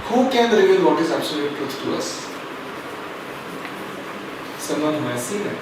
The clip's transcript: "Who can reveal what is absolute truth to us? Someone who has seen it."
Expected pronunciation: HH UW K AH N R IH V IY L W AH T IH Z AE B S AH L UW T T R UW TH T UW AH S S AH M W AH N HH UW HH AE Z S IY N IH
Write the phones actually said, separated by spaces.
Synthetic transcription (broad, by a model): HH UW K AH N R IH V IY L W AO T IH Z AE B S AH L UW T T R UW T T UW AH S S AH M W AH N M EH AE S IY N